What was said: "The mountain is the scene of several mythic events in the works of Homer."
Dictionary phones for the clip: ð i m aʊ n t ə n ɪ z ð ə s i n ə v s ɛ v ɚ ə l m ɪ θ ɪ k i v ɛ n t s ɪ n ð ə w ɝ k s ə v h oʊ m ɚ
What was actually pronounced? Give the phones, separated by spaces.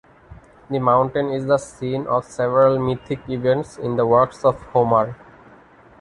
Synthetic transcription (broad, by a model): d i m aʊ n t ə n ɪ z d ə s i n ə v s ɛ v ɚ ə l m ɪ t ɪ k i v ɛ n t s ɪ n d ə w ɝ k s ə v h oʊ m ɚ